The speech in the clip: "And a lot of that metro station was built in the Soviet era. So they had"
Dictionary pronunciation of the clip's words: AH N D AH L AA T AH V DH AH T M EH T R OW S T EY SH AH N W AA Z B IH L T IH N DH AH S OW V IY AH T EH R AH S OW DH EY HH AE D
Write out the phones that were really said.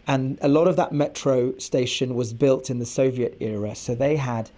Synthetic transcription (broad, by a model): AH N AH L AA T AH V DH AH T M EH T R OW S T EY SH AH N W AA Z B IH L T IH N DH AH S OW V IY AH T EH R AH S OW DH EY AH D